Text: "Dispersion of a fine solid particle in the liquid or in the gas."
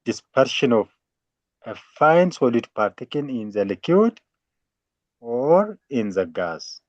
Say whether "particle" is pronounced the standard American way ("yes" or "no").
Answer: no